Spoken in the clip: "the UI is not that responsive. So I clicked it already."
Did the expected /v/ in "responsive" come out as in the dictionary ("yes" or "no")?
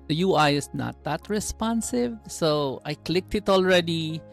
yes